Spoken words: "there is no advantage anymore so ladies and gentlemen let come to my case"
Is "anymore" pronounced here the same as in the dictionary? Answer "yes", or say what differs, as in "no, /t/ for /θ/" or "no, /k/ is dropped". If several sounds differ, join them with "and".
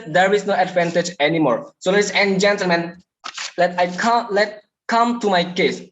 yes